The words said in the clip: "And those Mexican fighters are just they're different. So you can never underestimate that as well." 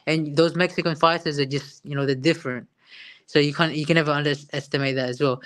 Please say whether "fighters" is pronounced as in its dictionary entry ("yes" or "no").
no